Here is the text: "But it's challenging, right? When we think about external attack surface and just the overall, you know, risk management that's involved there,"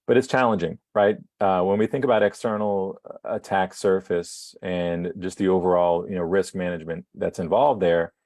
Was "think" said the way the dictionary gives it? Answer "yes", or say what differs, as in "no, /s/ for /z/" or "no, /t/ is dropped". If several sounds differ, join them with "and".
yes